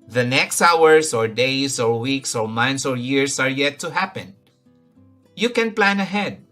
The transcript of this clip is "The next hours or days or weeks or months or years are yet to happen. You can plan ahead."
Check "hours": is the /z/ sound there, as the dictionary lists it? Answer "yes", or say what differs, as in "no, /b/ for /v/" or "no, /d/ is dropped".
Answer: no, /s/ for /z/